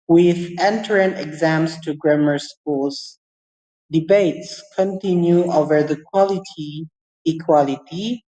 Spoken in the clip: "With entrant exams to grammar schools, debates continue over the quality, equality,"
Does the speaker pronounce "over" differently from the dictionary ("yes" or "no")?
no